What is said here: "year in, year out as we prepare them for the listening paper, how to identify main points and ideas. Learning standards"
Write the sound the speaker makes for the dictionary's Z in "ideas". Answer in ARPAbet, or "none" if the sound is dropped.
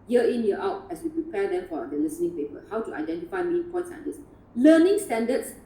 S